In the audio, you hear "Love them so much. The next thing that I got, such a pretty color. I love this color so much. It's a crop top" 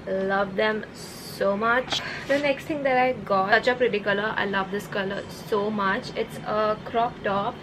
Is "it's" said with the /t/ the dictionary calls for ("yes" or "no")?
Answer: yes